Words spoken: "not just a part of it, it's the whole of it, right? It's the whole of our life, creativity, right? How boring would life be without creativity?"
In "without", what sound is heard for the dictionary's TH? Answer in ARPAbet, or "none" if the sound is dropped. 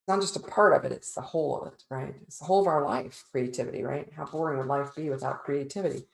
TH